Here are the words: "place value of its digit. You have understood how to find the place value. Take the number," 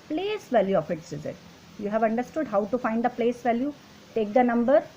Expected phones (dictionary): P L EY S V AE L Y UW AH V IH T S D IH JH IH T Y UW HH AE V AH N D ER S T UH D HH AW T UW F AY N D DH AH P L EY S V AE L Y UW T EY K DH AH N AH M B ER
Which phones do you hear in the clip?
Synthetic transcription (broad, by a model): P L EY S V AE L Y UW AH F IH T S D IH Z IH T Y UW HH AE V AH N D ER S T UH D HH AW T UW F AY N D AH P L EY S V AE L Y UW T EY K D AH N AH M B ER